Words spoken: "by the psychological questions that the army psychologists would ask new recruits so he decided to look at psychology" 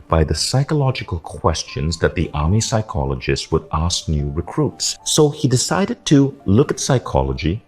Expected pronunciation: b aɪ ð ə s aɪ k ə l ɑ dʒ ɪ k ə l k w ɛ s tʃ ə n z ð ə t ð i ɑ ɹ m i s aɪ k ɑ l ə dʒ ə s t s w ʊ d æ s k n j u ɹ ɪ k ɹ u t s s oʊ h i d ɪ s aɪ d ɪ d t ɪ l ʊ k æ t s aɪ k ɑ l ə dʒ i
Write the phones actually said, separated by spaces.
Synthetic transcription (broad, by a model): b aɪ ð ə s aɪ k ə l ɑ dʒ ɪ k ə l k w ɛ s tʃ ə n z ð ə t ð i ɑ ɹ m i s aɪ k ɑ l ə dʒ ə s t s w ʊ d æ s k n j u ɹ ɪ k ɹ u t s s oʊ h i d ɪ s aɪ d ɪ d t ɪ l ʊ k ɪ t s aɪ k ɑ l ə dʒ i